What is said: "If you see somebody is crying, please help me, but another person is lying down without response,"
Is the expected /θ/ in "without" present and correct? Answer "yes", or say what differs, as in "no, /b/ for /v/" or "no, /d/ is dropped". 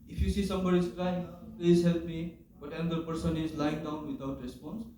no, /t/ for /θ/